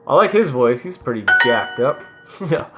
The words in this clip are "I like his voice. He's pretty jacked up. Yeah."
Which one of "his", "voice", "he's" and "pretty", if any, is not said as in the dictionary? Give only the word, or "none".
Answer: none